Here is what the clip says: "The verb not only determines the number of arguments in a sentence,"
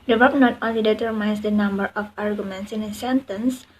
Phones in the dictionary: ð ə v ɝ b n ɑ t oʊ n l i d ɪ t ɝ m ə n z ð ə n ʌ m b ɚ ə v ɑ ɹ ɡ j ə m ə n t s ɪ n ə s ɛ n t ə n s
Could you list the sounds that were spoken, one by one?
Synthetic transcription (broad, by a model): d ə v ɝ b n ɑ t oʊ n l i d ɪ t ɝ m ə n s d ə n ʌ m b ɚ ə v ɑ ɹ ɡ j ə m ə n t s ɪ n ə s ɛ n t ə n s